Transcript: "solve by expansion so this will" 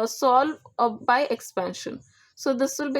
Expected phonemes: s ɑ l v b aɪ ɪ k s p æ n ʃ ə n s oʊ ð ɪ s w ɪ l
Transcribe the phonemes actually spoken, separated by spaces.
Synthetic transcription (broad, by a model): s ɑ l b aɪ ɪ k s p æ n ʃ ə n s oʊ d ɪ s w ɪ l